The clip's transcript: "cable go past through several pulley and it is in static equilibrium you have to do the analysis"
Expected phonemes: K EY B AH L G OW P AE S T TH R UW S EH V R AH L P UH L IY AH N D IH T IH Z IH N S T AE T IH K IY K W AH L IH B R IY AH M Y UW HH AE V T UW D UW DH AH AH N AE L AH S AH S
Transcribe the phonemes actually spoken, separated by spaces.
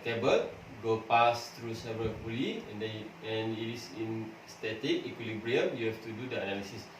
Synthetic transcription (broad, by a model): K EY B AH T G OW P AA S T R UW S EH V AH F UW L IY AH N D IH T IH S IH N S T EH T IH K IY K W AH L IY B R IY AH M Y UW HH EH F T UW D UW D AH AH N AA L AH S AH S